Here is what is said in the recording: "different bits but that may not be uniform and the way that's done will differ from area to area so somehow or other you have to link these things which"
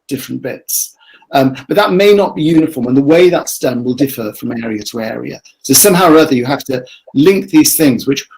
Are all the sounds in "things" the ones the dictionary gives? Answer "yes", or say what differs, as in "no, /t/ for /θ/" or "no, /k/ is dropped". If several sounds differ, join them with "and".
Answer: yes